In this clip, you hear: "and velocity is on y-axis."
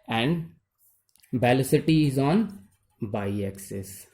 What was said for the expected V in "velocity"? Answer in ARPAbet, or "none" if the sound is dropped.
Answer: B